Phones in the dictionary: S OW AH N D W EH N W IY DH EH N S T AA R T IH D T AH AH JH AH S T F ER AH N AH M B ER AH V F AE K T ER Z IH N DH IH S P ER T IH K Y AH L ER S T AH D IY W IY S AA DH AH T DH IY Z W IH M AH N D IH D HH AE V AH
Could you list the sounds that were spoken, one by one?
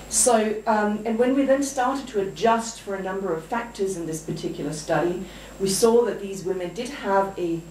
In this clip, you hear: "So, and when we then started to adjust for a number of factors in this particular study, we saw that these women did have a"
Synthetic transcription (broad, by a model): S OW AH N W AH N W IY DH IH N S T AA R T IH D T AH AH JH AH S T F ER AH N AH M B ER AH V F AE K T ER Z IH N DH IH S P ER T IH K Y L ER S T AH D IY W IY S AA DH AH T DH IY Z W IH M AH N D IH D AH V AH